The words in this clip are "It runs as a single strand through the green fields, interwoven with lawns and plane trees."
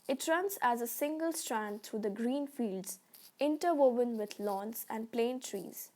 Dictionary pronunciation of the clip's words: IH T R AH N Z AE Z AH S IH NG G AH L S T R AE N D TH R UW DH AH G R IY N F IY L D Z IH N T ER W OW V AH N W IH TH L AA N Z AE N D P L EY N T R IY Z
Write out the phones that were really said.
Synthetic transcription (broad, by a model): IH T R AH N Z AE Z AH S IH NG G AH L S T R AE N D T R UW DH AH G R IY N F IY L D Z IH N T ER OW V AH N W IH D L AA N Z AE N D P L EY N T R IY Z